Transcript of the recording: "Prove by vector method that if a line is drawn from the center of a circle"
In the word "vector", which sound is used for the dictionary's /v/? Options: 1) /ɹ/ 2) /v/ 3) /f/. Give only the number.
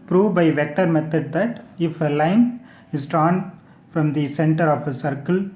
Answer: 2